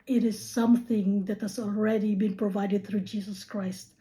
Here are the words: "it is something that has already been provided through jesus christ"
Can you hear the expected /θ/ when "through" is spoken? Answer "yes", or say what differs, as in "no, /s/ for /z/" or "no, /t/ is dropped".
yes